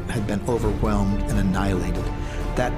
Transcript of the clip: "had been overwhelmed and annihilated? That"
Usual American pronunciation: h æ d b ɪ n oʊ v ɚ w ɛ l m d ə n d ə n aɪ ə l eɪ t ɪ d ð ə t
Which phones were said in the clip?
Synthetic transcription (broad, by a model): h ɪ d b ɪ n oʊ v ɚ w ɛ l m d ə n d ə n aɪ ə l eɪ t ɪ d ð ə t